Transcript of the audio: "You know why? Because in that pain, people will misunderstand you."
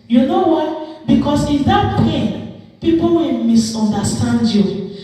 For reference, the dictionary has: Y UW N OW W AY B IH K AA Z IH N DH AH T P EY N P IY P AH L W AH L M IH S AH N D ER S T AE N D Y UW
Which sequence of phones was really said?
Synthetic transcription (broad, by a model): Y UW N OW W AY B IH K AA S IH N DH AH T P EY N P IY P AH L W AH N M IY S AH N D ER S T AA N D Y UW